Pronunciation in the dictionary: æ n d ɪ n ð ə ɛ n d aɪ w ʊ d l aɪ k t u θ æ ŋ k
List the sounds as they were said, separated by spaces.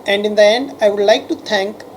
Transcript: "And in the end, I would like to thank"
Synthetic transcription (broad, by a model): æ n d ɪ n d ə ɛ n d aɪ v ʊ d l aɪ k t u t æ ŋ k